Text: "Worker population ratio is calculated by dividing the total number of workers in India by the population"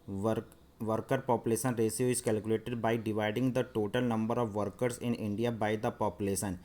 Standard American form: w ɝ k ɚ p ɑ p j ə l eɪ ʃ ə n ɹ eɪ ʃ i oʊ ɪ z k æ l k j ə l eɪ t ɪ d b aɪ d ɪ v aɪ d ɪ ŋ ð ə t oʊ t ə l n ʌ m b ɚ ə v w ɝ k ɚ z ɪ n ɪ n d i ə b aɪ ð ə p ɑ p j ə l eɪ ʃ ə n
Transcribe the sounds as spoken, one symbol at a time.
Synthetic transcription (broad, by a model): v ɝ k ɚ p ɑ p j ə l eɪ ʃ ə n ɹ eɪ s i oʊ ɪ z k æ l k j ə l eɪ t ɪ d b aɪ d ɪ v aɪ d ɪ ŋ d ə t oʊ t ə l n ʌ m b ɚ ə v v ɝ k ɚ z ɪ n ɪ n d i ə b aɪ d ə p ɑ p j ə l eɪ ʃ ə n